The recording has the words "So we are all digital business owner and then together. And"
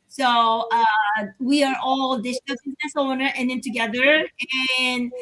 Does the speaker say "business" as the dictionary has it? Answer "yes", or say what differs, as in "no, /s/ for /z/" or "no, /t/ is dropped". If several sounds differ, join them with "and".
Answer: yes